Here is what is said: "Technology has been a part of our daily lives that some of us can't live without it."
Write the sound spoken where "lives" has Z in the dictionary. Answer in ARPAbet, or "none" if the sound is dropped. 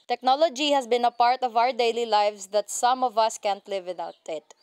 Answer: S